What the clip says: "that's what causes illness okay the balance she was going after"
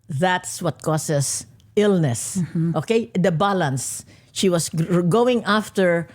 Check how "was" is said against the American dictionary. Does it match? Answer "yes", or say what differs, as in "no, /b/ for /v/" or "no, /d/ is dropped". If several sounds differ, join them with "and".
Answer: no, /s/ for /z/